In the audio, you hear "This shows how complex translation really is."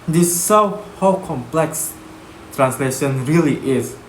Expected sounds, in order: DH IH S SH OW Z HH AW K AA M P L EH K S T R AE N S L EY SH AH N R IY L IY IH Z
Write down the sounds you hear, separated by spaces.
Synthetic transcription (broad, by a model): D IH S S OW HH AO K AA M P L EH K S T R AE N S L EY SH AH N R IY L IY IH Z